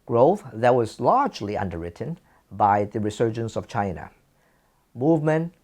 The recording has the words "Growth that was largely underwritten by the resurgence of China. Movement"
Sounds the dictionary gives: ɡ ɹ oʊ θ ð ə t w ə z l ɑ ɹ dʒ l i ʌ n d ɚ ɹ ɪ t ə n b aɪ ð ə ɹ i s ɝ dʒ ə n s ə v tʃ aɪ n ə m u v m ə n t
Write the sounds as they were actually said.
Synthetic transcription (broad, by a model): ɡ ɹ oʊ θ ð ə t w ə z l ɑ ɹ dʒ l i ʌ n d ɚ ɹ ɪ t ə n b aɪ ð ə ɹ i s ɝ dʒ ə n s ə v tʃ aɪ n ə m u v m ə n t